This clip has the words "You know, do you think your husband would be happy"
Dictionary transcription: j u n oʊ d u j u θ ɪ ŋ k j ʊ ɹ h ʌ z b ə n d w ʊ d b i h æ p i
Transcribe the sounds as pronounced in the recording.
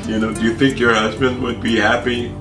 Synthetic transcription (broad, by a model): j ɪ n oʊ d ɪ j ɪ θ ɪ ŋ k j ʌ ɹ h ʌ z b ə n d w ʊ d b i h æ p i